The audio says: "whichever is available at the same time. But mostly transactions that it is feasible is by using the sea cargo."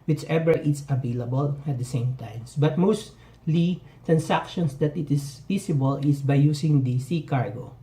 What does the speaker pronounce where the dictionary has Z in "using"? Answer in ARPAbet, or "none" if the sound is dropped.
S